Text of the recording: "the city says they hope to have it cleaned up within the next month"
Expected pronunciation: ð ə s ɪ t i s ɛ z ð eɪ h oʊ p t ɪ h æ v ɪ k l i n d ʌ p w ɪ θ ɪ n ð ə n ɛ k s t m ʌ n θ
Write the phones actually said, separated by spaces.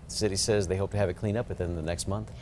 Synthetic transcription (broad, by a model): ð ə s ɪ t i s ɛ z ð eɪ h oʊ p t ɪ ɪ v ɪ k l i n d ʌ p w ɪ θ ɪ n ð ə n ɛ k s t m ʌ n θ